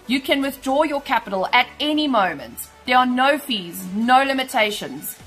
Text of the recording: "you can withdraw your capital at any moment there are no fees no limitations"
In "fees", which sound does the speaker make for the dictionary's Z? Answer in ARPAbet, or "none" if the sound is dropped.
Z